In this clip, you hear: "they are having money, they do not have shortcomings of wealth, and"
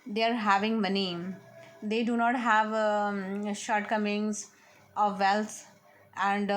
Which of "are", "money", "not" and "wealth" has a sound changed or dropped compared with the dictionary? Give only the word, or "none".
wealth